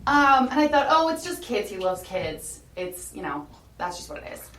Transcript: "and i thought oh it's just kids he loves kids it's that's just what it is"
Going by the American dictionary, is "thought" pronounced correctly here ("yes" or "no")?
yes